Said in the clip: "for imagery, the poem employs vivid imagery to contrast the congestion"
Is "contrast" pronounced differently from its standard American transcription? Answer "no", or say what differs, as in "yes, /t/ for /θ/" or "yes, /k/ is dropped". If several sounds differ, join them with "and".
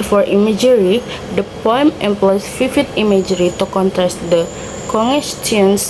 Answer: no